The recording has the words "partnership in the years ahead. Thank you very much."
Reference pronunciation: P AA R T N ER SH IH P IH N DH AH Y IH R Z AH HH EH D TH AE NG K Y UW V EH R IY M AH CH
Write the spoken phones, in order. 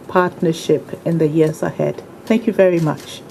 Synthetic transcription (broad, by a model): P AA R T N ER SH IH P IH N DH AH Y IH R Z AH HH EH D TH AE NG K Y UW V EH R IY M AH CH